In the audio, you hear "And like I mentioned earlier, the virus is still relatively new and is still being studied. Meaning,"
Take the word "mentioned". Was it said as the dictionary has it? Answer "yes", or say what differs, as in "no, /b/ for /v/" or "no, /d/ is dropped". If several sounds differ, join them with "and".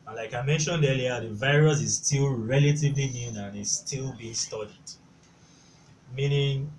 yes